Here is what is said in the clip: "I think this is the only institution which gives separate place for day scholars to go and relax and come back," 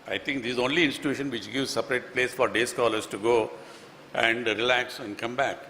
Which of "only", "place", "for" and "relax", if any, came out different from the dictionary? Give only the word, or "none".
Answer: none